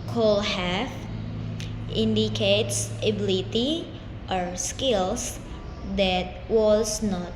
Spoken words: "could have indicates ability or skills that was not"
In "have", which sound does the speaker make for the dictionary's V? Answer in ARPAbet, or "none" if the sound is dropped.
F